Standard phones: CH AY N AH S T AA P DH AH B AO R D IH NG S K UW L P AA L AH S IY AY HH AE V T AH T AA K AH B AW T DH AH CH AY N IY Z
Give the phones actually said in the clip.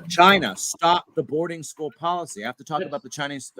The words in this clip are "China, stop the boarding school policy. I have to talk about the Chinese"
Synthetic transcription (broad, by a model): CH AY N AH S T AA P DH AH B AO R D IH NG S K UW L P AA L AH S IY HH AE F T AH T AA K AH B AW T DH AH CH AY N IY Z